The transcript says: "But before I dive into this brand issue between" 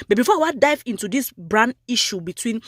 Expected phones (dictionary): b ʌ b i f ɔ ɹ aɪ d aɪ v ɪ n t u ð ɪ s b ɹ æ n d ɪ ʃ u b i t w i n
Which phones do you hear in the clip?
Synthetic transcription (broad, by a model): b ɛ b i f ɔ w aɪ d aɪ v ɪ n t u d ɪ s b ɹ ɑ n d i ʃ u b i t w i n